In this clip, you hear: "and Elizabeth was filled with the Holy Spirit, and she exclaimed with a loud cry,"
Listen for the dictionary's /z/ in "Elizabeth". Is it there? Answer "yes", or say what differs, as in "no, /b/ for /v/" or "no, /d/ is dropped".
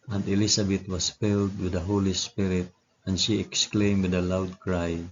no, /s/ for /z/